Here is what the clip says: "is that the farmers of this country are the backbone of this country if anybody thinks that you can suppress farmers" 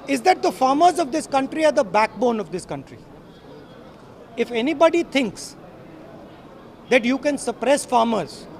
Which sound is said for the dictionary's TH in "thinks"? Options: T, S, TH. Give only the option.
T